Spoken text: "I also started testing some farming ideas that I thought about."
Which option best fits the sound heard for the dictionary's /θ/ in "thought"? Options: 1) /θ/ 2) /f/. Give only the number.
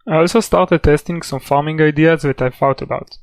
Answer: 2